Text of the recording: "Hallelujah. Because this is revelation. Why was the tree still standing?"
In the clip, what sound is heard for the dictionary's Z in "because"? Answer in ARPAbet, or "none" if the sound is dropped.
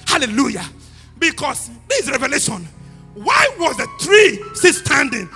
S